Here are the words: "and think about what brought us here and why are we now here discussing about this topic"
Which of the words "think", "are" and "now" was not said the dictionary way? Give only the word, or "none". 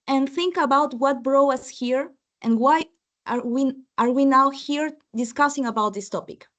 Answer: none